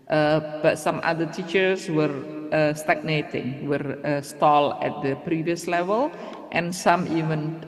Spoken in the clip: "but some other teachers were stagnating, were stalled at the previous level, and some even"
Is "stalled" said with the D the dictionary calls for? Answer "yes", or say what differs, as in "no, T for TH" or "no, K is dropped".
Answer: no, D is dropped